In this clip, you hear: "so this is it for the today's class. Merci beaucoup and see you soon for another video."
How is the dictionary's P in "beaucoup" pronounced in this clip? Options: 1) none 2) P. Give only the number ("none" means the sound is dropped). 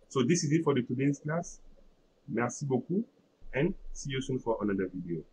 1